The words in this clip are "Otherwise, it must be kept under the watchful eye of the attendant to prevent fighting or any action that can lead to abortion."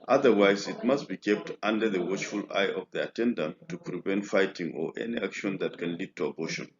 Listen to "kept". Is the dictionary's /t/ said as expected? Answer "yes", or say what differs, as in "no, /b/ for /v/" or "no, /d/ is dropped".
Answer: yes